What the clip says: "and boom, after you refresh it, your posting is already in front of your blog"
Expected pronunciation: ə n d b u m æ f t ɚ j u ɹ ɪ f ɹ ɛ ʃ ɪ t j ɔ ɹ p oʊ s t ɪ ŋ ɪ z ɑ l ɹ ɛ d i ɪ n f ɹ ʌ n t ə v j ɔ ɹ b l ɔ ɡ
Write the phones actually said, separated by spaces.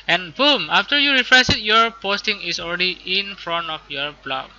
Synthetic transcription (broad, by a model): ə n b u m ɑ f t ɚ j u ɹ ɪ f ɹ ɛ s ɪ t j ɔ ɹ p oʊ s t ɪ ŋ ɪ s ɑ l ɹ ɛ d i ɪ n f ɹ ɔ n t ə f j ɔ ɹ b l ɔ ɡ